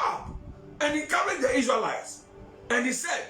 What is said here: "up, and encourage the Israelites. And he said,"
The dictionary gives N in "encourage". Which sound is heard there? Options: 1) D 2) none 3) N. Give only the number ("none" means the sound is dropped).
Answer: 2